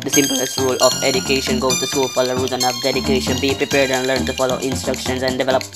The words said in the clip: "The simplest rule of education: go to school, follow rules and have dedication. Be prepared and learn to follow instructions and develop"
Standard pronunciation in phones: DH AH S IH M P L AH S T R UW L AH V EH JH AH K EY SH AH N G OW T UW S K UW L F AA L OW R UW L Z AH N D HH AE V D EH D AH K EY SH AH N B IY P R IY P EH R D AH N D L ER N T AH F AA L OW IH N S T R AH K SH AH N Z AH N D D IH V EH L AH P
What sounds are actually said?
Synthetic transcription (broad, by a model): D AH S IH M P L AH S T R UW L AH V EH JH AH K EY SH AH N G OW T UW S K UW L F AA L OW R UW Z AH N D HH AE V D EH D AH K EY SH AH N B IY P R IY P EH R D AH N D L ER N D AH F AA L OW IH N S T R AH K SH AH N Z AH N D D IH V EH L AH P